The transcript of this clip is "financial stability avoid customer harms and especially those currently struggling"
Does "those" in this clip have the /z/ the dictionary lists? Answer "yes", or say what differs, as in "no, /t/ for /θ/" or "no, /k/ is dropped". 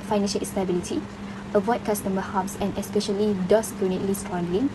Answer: no, /s/ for /z/